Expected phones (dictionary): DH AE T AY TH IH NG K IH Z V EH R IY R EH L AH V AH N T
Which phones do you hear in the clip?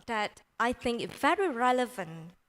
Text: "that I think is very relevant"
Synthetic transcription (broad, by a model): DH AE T AY TH IH NG K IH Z V EH R IY R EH L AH V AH N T